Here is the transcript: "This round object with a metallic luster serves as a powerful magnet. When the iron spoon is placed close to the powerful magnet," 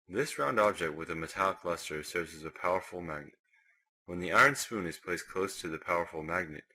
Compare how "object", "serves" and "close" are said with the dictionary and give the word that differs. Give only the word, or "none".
none